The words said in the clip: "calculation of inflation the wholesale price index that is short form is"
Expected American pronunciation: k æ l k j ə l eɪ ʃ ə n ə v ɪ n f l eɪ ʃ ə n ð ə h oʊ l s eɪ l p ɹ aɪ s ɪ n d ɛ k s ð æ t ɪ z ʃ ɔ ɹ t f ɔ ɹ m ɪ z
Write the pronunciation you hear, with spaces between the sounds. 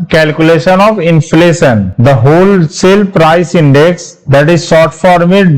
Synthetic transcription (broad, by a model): k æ l k j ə l eɪ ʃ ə n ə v ɪ n f l eɪ ʃ ə n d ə h oʊ l s eɪ l p ɹ aɪ s ɪ n d ɛ k s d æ t ɪ z s ɔ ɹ t f ɔ ɹ m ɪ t